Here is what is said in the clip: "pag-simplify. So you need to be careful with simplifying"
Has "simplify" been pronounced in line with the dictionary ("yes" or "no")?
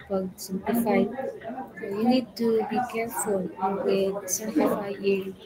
no